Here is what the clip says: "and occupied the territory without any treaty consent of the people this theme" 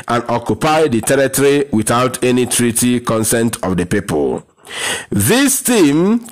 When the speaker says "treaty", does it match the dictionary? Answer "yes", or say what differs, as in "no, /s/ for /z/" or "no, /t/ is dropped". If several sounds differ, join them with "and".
yes